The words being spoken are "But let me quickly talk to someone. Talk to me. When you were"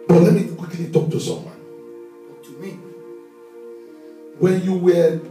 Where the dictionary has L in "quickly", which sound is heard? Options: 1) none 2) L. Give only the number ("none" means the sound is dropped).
2